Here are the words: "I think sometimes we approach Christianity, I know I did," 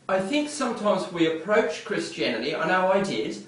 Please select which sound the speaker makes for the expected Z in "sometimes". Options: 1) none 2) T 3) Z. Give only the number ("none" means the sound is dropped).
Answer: 3